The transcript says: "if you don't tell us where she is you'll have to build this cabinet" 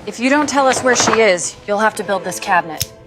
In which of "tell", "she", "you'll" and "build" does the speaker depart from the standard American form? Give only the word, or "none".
none